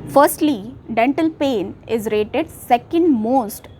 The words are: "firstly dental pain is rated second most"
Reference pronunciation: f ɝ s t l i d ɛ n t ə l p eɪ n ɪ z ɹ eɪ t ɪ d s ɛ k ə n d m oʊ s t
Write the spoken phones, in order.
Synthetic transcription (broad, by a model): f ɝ s t l i d ɛ n t ə l p eɪ n ɪ z ɹ eɪ t ɪ d s ɛ k ə n d m oʊ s t